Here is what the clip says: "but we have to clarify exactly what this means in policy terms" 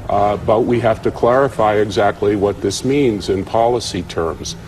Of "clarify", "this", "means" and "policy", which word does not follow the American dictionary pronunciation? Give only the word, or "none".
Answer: none